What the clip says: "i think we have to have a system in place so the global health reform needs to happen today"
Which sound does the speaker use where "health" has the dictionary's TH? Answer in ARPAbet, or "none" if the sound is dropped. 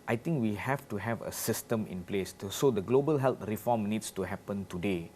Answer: T